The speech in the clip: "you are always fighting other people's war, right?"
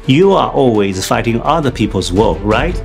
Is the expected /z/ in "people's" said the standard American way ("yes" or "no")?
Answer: yes